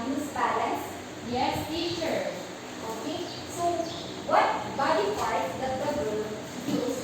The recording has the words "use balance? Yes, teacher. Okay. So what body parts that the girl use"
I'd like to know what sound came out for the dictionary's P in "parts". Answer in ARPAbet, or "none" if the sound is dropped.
F